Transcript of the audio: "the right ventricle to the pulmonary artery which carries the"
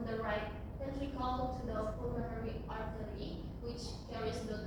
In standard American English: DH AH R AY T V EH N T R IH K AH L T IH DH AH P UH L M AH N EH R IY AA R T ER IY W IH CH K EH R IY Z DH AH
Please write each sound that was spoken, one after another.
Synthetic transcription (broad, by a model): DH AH R AY T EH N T L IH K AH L T IH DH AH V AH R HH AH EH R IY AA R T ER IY W IH CH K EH R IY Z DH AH